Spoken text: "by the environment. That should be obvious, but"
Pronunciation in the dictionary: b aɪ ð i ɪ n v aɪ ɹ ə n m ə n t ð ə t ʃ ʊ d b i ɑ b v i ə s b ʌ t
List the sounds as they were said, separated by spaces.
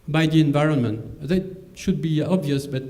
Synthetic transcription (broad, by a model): b aɪ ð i ɪ n v aɪ ɹ ə n m ə n t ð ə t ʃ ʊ d b i ɑ b v i ə s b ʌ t